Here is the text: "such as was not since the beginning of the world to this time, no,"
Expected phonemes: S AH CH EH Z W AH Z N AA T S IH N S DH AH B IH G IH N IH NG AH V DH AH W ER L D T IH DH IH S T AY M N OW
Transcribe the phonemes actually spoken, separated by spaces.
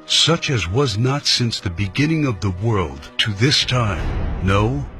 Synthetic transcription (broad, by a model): S AH CH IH Z W AH Z N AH T S IH N S DH AH B IH G IH N IH NG AH V DH AH W ER L D T IH DH IH S T AY M N OW